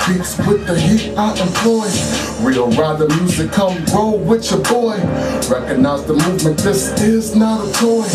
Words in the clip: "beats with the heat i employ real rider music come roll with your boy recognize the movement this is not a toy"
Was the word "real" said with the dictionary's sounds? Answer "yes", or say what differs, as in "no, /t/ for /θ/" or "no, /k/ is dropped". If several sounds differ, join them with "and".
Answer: no, /w/ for /ɹ/